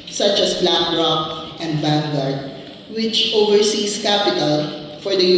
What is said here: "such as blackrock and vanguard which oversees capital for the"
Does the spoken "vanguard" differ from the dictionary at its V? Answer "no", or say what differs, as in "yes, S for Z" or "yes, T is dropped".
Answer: yes, B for V